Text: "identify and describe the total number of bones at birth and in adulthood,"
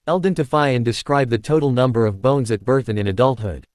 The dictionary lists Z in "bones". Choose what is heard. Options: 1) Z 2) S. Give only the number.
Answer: 1